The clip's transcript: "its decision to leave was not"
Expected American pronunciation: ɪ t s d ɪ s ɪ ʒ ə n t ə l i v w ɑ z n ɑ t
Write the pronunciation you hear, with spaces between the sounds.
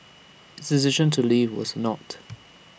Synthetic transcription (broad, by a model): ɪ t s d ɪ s ɪ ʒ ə n t ə l i v w ɑ z n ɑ t